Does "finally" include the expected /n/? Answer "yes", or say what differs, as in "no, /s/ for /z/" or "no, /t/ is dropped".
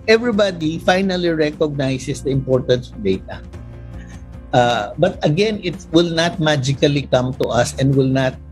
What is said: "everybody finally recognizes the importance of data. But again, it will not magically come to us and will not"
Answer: yes